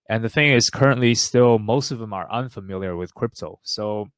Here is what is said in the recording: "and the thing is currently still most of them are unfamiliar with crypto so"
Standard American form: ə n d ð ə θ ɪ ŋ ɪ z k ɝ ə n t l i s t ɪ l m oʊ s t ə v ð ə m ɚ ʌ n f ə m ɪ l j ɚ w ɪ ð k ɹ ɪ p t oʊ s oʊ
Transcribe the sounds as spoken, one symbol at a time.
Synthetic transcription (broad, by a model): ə n ð ə θ ɪ ŋ ɪ z k ɝ ə n t l i s t ɪ l m oʊ s t ə v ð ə m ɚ ʌ n f ə m ɪ l j ɚ w ɪ ð k ɹ ɪ p t oʊ s oʊ